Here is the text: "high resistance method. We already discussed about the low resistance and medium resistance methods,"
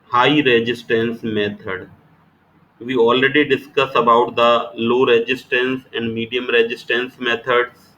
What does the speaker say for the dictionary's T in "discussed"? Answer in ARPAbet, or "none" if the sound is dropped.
none